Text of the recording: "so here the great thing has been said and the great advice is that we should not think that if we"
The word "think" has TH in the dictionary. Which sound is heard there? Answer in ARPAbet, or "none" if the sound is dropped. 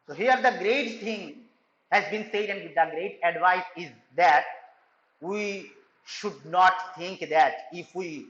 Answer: T